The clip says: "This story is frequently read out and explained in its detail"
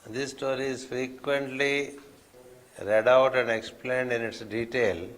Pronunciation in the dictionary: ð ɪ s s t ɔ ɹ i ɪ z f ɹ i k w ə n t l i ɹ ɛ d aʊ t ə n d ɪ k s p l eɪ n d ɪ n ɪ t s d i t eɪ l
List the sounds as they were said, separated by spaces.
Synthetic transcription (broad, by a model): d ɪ s s t ɔ ɹ i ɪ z f ɹ i k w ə n t l i ɹ ɛ d aʊ t ə n d ɪ k s p l eɪ n d ɪ n ɪ t s d i t eɪ l